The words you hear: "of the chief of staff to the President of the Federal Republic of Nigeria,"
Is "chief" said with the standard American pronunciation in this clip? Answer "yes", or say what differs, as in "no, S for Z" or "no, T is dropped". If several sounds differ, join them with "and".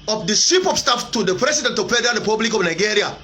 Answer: no, S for CH and P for F